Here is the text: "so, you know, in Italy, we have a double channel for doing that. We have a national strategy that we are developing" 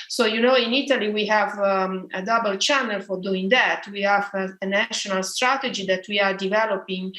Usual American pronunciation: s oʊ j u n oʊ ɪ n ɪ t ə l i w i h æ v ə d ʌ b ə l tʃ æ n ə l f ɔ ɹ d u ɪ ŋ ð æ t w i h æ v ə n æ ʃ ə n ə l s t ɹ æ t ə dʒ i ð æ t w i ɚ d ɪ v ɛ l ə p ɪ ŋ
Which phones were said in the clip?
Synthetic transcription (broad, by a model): s oʊ j u n oʊ ɪ n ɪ t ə l i w i h æ v ə d ʌ b ə l tʃ æ n ə l f ɔ ɹ d u ɪ ŋ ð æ t w i h æ v ə n æ ʃ ə n ə l s t ɹ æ t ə dʒ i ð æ t w i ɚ d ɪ v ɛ l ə p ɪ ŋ